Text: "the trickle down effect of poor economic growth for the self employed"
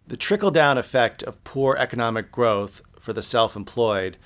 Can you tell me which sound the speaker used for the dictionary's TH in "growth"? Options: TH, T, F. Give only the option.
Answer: TH